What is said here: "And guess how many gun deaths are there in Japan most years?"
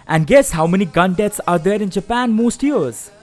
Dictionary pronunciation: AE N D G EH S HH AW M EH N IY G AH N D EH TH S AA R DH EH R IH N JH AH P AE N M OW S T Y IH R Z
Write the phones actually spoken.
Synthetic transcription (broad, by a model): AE N D G EH S HH AW M EH N IY G AH N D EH T S AA R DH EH R IH N JH AH P AE N M OW S T Y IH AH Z